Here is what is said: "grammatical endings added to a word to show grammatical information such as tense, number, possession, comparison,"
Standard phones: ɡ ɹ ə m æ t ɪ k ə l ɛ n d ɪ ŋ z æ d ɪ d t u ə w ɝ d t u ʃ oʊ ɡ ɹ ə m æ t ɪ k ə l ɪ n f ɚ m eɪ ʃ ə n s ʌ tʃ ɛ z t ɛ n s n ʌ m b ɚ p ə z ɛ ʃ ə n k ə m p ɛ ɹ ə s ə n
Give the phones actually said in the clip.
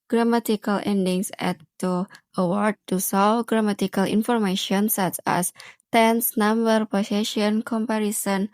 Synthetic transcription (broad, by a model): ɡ ɹ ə m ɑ t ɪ k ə l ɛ n d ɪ ŋ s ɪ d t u ə w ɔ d t u s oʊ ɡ ɹ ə m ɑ t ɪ k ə l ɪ n f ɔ m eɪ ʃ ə n s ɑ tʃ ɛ s t ɛ n s n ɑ m b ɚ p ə s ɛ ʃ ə n k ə m p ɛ ɹ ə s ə n